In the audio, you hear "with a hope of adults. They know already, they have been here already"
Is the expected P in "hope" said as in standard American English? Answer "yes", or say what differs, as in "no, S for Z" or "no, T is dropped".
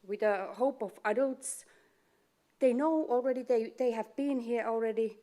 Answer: yes